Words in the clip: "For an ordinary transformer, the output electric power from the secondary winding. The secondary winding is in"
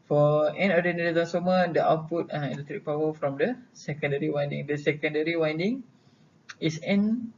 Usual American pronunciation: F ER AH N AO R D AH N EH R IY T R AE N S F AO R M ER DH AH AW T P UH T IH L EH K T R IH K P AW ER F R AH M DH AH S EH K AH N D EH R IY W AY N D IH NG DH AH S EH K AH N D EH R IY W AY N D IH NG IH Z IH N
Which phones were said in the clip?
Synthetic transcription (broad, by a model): F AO AH N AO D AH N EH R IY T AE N S AO M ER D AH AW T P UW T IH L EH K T R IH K P AW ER F R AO M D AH S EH K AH N D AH R IY W AY N D IH NG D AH S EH K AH N D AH R IY W AY N D IH NG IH S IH N